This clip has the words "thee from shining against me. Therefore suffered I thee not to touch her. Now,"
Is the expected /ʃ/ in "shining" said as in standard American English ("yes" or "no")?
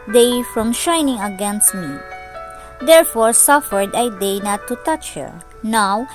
yes